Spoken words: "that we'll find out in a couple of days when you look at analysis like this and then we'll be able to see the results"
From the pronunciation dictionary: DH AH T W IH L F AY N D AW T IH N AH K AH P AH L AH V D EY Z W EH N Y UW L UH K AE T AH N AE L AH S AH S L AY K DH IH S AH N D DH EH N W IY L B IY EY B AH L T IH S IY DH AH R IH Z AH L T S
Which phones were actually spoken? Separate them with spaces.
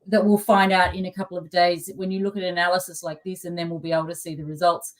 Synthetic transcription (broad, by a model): DH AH T W IH L F AY N D AW T IH N AH K AH P L AH V D EY Z W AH N Y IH L UH K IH T AH N AE L AH S AH S L AY K DH IH S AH N DH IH N W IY L B IY EY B L T IH S IY DH AH R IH Z AH L T S